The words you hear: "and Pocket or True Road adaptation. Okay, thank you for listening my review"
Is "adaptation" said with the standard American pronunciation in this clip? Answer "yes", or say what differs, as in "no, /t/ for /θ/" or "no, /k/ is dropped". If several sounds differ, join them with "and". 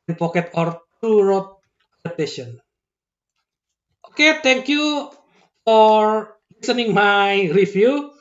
no, /p/ is dropped